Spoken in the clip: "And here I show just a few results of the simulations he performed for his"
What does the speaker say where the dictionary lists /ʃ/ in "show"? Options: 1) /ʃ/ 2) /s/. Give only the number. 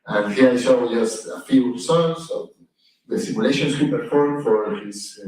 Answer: 2